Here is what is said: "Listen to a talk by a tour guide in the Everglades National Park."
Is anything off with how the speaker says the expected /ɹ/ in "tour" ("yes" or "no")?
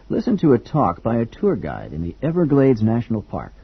no